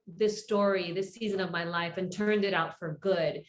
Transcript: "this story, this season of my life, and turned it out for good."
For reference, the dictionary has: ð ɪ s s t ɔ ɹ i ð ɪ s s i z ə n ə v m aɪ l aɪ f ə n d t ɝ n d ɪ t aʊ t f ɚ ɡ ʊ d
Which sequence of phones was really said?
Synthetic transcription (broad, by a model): ð ɪ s s t ɔ ɹ i ð ɪ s s i z ə n ə v m aɪ l aɪ f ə n t ɝ n d ɪ t aʊ t f ɚ ɡ ʊ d